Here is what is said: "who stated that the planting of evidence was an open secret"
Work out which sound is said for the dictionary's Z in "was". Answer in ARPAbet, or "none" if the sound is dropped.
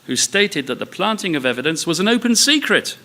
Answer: Z